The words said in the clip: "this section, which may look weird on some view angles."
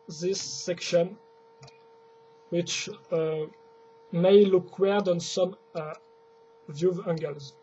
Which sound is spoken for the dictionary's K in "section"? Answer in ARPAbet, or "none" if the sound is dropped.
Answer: K